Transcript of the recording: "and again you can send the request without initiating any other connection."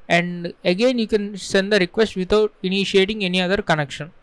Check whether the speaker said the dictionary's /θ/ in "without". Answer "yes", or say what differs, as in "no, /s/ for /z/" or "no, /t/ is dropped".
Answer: no, /t/ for /θ/